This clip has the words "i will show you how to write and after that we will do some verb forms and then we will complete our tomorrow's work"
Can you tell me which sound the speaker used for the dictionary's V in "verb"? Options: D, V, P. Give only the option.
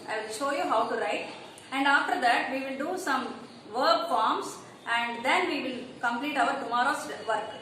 V